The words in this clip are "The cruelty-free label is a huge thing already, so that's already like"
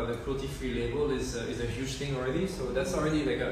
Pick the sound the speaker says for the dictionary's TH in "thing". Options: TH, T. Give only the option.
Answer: T